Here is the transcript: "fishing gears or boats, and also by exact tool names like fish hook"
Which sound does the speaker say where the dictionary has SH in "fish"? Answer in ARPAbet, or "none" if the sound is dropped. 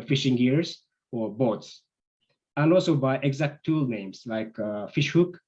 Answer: SH